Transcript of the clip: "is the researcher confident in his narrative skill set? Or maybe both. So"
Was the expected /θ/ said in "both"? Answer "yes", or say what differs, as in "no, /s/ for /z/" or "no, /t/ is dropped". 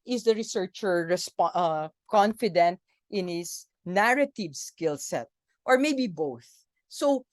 yes